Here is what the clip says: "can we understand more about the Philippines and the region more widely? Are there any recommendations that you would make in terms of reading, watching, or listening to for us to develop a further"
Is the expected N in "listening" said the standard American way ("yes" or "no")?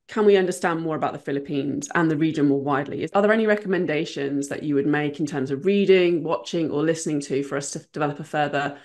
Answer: yes